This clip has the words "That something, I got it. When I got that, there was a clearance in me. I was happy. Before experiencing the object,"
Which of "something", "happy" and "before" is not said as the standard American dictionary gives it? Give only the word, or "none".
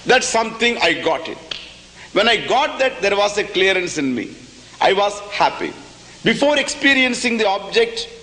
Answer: something